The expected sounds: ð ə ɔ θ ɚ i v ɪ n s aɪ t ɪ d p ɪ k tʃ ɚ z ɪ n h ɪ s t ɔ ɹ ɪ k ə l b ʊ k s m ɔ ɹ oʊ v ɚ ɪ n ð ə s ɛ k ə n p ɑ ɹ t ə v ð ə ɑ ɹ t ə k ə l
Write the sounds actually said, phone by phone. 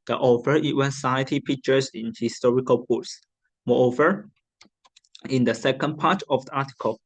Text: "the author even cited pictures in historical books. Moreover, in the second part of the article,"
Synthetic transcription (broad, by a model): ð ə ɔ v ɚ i w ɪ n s aɪ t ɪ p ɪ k tʃ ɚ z ɪ n h ɪ s t ɔ ɹ ɪ k ə l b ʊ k s m ɔ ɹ oʊ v ɚ ɪ n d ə s ɛ k ə n p ɑ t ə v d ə ɑ t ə k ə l